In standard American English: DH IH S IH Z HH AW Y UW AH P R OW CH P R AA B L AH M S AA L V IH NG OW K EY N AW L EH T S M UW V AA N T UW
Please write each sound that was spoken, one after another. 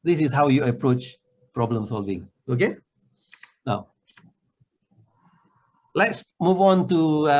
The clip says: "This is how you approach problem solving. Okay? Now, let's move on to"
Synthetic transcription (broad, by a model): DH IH S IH S HH AW Y UW AH P R OW CH P R AA B L AH M S AA L V IH NG OW K EY N AW L EH T S M UW V AA N T UW